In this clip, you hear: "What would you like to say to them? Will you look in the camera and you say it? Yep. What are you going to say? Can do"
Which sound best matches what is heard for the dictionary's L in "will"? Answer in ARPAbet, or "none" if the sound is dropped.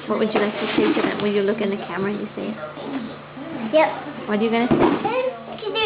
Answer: N